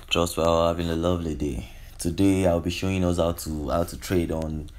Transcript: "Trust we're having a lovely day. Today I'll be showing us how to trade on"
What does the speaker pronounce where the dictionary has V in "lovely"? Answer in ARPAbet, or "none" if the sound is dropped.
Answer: V